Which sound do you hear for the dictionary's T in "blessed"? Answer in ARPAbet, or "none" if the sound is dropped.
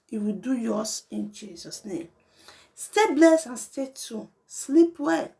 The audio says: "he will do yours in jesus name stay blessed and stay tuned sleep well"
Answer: none